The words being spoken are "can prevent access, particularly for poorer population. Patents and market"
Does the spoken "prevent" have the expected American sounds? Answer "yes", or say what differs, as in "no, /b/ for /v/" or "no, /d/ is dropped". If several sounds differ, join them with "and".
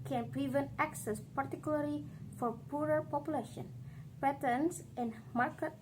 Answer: yes